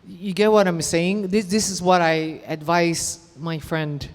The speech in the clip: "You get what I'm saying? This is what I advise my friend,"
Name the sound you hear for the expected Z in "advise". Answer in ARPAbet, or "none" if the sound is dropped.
S